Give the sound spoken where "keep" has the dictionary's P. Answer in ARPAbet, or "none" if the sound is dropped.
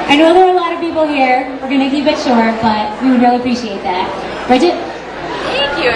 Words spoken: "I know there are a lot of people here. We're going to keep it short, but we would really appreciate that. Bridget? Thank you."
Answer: B